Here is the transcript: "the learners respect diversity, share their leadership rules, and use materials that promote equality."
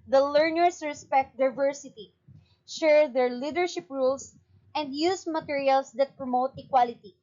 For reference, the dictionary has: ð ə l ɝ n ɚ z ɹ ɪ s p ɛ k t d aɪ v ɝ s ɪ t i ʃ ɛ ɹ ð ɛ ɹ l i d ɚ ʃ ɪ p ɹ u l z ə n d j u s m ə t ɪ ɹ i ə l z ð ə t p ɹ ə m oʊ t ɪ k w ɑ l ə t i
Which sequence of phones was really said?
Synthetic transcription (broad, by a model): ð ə l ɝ n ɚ s ɹ ɪ s p ɛ k t d aɪ v ɝ s ɪ t i ʃ ɛ ɹ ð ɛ ɹ l i d ɚ ʃ ɪ p ɹ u l s ə n d j u s m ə t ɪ ɹ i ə l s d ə t p ɹ ə m oʊ t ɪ k w ɑ l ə t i